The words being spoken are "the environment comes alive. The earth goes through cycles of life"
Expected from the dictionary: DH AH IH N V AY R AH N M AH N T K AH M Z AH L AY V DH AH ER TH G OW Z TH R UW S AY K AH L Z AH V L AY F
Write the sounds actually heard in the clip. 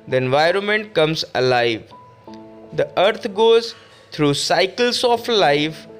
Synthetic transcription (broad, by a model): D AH IH N V AY R AH N M AH N T K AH M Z AH L AY V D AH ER T G OW Z T R UW S AY K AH L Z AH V L AY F